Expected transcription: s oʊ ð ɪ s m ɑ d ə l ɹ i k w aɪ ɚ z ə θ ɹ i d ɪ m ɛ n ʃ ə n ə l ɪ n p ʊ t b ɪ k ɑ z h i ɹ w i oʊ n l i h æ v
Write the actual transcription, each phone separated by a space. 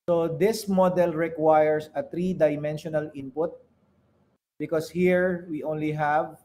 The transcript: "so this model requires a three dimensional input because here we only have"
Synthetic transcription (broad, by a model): s oʊ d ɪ s m ɑ d ə l ɹ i k w aɪ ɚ s ə t ɹ i d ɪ m ɛ n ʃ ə n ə l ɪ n p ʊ t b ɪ k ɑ s h i ɹ w i oʊ n l i h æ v